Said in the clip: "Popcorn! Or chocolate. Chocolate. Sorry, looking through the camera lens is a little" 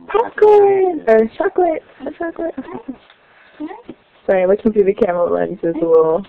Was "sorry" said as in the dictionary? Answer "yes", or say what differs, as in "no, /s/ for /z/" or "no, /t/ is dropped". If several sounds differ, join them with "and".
no, /w/ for /ɹ/